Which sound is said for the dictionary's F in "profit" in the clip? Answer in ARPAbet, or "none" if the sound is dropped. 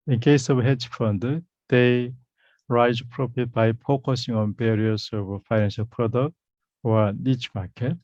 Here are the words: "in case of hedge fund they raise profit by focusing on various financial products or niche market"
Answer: P